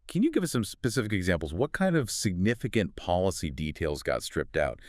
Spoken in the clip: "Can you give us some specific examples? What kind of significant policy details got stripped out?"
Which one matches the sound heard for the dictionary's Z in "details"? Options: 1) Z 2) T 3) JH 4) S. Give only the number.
1